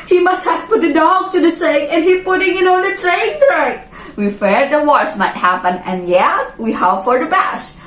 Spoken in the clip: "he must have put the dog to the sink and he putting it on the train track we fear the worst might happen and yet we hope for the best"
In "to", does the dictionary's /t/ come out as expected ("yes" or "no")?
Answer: yes